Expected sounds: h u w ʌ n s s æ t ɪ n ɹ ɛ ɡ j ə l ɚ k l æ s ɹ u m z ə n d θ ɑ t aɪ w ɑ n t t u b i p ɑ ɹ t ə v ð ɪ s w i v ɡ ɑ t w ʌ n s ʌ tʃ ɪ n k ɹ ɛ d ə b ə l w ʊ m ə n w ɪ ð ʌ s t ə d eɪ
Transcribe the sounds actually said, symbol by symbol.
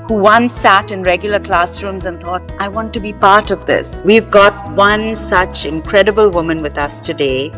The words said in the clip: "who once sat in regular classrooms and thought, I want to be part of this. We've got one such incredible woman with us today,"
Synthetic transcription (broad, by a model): h u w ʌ n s s æ t ɪ n ɹ ɛ ɡ j ə l ɚ k l æ s ɹ u m z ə n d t ɑ t aɪ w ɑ n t t u b i p ɑ ɹ t ə v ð ɪ s w i v ɡ ɑ t w ʌ n s ʌ tʃ ɪ n k ɹ ɛ d ə b ə l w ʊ m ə n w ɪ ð ʌ s t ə d eɪ